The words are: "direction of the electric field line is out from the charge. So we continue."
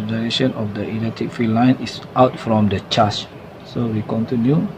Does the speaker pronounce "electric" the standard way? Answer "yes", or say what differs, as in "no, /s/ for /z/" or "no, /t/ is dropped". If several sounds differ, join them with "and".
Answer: no, /k/ is dropped and /ɹ/ is dropped